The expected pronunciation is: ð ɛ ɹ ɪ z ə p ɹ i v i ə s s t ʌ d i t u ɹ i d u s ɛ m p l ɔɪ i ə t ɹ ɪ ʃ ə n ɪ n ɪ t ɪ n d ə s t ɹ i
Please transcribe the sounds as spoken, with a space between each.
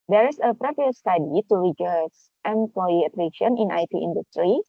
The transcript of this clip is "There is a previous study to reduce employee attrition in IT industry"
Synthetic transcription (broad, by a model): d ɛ ɹ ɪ s ə p ɹ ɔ p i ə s s t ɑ d i t u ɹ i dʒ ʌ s ɛ m p l ɔɪ i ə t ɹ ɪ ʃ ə n ɪ n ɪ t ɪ n d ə s t ɹ i